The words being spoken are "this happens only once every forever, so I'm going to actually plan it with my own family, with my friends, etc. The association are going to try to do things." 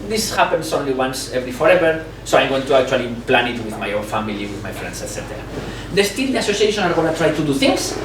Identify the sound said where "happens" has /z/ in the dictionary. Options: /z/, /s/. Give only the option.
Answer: /s/